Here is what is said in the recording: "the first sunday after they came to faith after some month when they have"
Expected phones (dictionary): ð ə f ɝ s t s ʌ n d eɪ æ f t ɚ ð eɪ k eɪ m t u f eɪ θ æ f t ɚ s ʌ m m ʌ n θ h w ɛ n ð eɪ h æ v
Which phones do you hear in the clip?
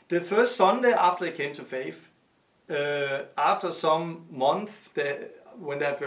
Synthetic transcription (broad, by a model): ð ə f ɝ s t s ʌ n d eɪ æ f t ɚ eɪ k eɪ m t u f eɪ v æ f t ɚ s ʌ m m ʌ n θ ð w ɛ n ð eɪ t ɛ